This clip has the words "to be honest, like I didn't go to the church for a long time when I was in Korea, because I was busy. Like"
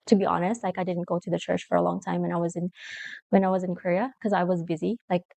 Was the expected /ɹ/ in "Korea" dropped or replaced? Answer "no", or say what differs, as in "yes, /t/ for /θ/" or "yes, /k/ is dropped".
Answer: yes, /w/ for /ɹ/